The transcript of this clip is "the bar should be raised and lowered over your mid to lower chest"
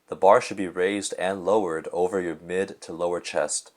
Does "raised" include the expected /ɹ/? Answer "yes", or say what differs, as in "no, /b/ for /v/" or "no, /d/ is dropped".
yes